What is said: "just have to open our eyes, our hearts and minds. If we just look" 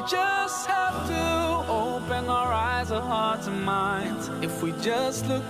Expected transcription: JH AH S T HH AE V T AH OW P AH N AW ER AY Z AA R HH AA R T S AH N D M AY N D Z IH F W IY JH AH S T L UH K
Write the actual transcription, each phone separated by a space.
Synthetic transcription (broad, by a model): JH AH S T HH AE F T AH OW P AH N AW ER AY Z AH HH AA R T AH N M AY N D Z IH F W IY JH AH S T L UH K